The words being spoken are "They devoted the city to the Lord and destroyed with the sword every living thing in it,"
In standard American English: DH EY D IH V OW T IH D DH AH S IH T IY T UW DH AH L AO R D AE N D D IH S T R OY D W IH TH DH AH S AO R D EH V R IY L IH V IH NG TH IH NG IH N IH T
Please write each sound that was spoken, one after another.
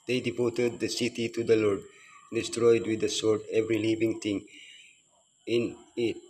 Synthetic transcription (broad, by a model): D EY D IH P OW T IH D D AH S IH T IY T UW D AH L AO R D D D IH S T R OY D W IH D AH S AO R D EH V R IY L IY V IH NG T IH NG IH N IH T